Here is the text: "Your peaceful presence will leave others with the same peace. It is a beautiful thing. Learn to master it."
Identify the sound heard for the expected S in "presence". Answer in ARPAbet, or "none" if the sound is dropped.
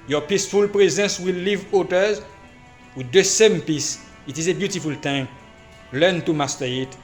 S